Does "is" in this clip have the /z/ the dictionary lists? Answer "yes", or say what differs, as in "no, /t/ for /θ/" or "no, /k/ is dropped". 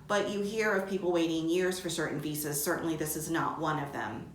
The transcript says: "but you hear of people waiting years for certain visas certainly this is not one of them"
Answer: yes